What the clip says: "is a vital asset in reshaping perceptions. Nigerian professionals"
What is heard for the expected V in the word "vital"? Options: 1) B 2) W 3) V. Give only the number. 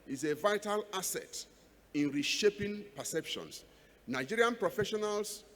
3